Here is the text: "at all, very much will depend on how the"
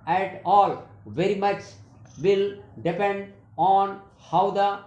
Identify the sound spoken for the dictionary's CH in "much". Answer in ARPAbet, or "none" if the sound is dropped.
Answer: CH